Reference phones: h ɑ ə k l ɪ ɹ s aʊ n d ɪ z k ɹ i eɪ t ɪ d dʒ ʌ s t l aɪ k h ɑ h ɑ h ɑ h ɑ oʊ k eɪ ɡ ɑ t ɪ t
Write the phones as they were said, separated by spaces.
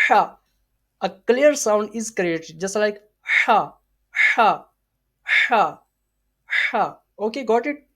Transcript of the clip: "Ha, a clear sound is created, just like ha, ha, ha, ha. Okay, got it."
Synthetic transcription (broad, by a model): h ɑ ə k l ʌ ɹ s aʊ n d ɪ z k ɹ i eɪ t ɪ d dʒ ʌ s t l aɪ k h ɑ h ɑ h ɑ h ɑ oʊ k eɪ ɡ ɑ t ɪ t